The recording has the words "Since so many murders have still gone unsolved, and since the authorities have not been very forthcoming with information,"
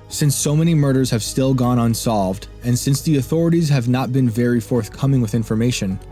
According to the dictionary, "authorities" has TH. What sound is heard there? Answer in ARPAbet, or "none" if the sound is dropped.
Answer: TH